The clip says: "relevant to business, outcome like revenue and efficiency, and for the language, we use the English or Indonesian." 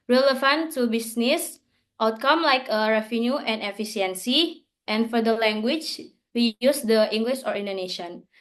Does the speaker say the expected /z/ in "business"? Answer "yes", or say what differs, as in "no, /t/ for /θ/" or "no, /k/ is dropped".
no, /s/ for /z/